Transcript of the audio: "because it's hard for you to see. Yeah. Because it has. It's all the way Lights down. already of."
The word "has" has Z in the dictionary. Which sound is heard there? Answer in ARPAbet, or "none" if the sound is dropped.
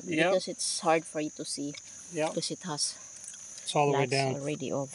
S